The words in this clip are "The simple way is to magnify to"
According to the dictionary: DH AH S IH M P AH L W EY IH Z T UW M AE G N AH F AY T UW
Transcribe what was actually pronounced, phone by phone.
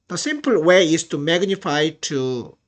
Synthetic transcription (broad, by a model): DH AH S IH M P AH L W EY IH S T UW M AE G N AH F AY T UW